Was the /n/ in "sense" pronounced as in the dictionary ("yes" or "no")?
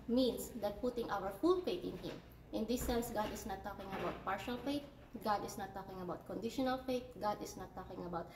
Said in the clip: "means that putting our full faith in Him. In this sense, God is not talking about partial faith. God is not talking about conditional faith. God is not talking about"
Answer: yes